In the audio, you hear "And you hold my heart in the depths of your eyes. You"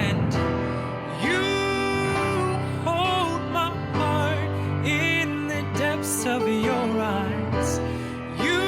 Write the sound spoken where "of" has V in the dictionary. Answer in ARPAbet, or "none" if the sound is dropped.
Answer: V